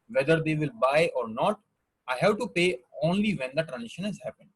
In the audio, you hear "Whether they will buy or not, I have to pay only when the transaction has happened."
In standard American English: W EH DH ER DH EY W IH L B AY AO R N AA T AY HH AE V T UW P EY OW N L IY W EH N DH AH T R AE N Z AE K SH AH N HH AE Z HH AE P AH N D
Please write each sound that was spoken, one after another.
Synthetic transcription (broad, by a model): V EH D ER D EY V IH L B AY AO R N AA T AY HH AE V T UW P EY OW N L IY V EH N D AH T R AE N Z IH SH AH N HH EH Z HH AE P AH N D